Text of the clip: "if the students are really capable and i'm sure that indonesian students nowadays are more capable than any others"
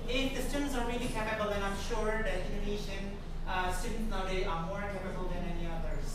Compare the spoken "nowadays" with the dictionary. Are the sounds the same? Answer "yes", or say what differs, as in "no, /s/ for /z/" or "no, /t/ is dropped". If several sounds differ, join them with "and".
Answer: no, /z/ is dropped